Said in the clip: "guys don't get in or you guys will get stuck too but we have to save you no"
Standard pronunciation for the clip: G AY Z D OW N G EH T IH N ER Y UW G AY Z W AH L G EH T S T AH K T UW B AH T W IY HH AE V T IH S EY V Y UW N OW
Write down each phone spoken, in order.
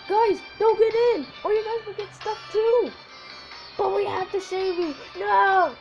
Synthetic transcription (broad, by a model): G AY Z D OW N G EH T IH N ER Y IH G AY Z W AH G EH T S T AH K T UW B AH T W IY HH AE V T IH SH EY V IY N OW